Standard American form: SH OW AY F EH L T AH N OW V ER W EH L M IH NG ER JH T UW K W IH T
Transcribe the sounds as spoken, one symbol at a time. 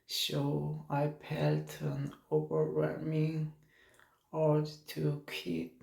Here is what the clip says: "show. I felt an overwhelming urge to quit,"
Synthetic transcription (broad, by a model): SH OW AY P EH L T AH N OW V ER W EH L M IH NG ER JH T UW K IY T